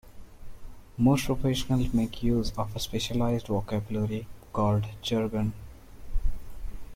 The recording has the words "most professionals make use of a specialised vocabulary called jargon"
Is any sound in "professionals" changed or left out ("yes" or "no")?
yes